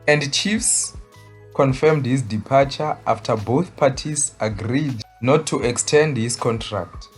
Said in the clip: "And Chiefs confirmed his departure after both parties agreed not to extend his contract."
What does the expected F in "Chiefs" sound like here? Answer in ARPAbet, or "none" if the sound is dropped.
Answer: F